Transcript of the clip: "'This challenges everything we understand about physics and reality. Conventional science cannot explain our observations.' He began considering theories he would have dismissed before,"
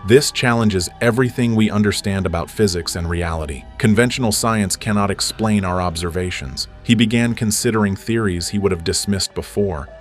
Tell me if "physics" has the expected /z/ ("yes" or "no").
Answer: yes